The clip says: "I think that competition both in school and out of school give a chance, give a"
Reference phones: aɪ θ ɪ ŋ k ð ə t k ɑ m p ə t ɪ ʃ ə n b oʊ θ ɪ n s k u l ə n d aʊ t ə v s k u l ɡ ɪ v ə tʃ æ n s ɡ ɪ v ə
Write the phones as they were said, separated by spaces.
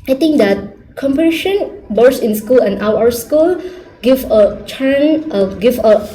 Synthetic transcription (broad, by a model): aɪ t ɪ ŋ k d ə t k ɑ m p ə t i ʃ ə n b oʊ s ɪ n s k u l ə n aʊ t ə s k u l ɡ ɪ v ə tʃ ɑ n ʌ ɡ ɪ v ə